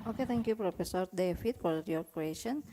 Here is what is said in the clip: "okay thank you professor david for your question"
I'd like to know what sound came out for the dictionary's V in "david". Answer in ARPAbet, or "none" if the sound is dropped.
F